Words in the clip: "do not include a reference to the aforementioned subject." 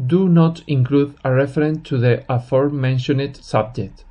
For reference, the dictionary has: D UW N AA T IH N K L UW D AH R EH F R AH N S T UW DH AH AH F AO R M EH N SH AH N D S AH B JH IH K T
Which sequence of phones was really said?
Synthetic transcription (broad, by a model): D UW N AA T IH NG K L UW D AH R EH F R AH N T UW DH AH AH F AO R M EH N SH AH N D S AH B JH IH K T